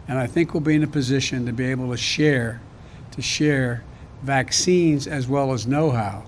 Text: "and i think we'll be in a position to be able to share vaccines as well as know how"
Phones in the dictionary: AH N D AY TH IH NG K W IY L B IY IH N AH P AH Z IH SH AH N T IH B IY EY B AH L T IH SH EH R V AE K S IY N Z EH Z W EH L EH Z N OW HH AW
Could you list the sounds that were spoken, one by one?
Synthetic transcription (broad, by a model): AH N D AY TH IH NG K W IY L B IY IH N AH P AH Z IH SH AH N T IH B IY EY B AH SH T IH SH EH R V AE K S IY N Z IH Z W EH L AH Z N OW HH AW